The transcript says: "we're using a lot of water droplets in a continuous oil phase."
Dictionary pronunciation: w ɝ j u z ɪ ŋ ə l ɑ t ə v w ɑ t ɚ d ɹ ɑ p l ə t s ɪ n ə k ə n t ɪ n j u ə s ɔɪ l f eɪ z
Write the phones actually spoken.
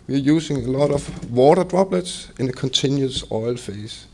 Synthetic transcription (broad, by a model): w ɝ j u s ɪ ŋ ə l ɑ t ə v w ɑ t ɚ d ɹ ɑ b l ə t s ɪ n ə k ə n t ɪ n j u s ɔɪ l f eɪ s